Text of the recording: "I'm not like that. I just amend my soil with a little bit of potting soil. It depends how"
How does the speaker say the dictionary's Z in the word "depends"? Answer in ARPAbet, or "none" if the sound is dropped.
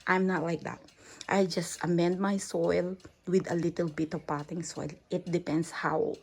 S